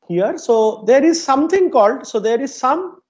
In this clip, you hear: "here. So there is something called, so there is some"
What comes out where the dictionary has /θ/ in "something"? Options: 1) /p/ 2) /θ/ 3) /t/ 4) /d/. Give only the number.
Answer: 3